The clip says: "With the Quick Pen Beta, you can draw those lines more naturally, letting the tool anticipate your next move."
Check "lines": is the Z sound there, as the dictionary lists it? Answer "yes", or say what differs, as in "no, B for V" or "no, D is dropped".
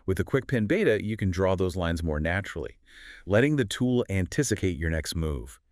yes